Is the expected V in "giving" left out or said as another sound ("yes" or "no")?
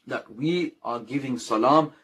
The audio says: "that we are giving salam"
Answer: no